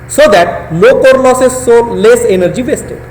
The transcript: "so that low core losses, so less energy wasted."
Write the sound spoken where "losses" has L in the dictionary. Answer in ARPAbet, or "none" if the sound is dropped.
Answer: N